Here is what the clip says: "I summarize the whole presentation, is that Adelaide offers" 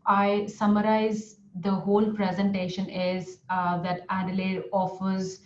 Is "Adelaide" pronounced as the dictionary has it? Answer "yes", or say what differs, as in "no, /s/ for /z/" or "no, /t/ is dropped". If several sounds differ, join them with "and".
yes